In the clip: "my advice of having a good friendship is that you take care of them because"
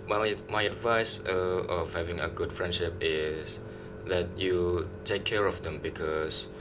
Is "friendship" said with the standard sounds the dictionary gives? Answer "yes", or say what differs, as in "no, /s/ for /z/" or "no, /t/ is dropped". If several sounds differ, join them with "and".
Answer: yes